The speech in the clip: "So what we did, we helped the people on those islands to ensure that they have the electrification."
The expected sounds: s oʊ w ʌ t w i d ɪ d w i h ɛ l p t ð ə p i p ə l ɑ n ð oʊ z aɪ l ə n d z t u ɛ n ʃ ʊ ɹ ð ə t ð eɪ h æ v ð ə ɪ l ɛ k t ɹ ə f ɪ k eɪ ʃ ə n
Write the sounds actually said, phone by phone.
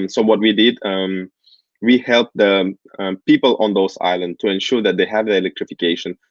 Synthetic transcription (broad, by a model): s oʊ w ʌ t w i d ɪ d w i h ɛ l p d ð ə p i p ə l ɑ n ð oʊ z aɪ l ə n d t u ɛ n ʃ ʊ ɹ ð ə t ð eɪ h æ v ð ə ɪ l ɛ k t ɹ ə f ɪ k eɪ ʃ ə n